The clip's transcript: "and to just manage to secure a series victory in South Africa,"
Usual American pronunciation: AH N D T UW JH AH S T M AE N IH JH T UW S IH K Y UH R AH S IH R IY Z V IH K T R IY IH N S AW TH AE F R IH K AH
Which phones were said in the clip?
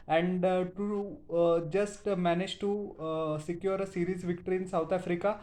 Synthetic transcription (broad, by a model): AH N D T UW JH AH S T M AE N IH JH T UW S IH K Y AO R AH S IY R IY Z V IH K T R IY N S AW T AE F R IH K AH